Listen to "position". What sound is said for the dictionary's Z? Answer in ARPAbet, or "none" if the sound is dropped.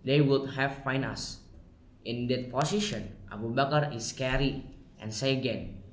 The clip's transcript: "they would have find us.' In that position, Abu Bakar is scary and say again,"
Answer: S